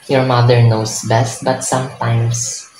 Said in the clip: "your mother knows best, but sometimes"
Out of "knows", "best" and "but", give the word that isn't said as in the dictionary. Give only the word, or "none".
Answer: knows